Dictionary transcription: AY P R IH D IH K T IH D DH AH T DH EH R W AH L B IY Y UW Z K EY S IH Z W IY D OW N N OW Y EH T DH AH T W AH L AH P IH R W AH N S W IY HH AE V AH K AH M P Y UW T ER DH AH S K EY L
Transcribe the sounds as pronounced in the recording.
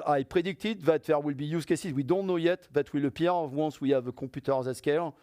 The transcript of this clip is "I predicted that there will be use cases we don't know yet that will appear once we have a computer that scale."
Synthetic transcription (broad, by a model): AY P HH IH D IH K T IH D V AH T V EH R W AH L B IY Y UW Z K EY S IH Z W IY D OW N N OW Y EH T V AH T W AH L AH P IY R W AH N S W IY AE V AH K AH P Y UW T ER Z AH S K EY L